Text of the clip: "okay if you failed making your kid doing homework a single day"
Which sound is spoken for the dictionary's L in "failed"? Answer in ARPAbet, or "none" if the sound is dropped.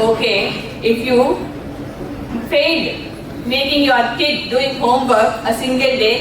none